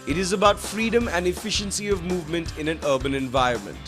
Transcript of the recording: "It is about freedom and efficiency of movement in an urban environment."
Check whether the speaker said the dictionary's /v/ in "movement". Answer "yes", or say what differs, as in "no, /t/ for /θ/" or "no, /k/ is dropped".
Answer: yes